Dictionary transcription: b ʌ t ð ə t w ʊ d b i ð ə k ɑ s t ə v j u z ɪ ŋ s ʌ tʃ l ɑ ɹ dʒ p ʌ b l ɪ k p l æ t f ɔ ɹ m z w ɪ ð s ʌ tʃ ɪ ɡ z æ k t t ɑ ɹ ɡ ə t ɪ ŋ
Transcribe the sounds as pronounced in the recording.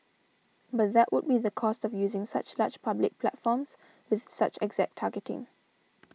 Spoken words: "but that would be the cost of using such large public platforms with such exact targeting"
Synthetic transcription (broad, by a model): b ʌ t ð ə t w ʊ d b i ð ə k ɑ s t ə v j u z ɪ ŋ s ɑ tʃ l ɑ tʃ p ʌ b l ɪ k p l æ t f ɔ m s w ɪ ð s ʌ tʃ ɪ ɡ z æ k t t ɑ ɡ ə t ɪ ŋ